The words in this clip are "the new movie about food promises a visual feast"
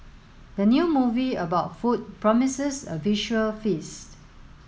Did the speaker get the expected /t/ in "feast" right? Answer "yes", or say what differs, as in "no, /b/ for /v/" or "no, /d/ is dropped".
yes